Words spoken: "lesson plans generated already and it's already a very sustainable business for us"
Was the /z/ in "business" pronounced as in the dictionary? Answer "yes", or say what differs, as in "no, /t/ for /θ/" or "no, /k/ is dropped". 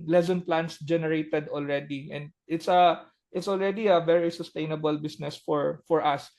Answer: no, /s/ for /z/